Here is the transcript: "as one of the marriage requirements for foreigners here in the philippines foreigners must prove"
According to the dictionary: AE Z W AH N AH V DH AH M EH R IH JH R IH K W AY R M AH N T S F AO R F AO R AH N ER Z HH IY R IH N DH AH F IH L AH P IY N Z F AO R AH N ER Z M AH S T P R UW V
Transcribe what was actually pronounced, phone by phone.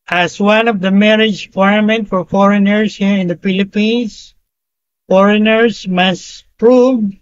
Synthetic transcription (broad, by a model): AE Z W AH N AH V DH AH M EH R IH JH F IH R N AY M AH N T F AO R F AO R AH N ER S HH IY R IH N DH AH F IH L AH P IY N S F AO R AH N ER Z M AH S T P R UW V